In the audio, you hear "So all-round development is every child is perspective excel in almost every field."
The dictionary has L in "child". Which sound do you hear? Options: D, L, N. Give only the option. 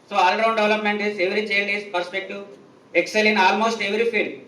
N